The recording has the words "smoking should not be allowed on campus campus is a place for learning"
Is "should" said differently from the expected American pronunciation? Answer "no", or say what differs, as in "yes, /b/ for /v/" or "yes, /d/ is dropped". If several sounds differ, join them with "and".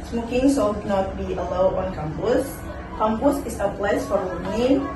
yes, /s/ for /ʃ/